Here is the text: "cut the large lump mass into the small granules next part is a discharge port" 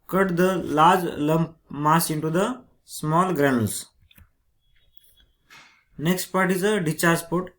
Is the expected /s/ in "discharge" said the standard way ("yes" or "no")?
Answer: no